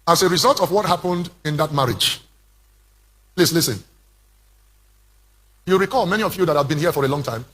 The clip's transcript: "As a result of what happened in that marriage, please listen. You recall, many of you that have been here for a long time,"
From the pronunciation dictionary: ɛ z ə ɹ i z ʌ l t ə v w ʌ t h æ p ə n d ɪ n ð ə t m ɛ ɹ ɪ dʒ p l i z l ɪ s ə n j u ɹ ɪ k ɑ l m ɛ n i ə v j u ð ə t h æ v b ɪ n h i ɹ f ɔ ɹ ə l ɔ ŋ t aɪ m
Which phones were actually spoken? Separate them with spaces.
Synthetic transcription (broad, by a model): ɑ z ə ɹ i z ʌ l t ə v w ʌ t h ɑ p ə n d ɪ n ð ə t m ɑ ɹ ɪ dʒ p l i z l ɪ s ə n j u ɹ ɪ k ɑ l m ɛ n i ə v j u ð ə t h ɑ v b ɪ n h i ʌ f ɔ ɹ ə l ɔ ŋ t aɪ m